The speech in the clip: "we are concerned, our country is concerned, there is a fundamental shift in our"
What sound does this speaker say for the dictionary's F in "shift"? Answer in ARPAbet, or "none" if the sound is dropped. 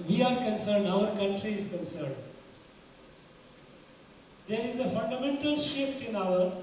F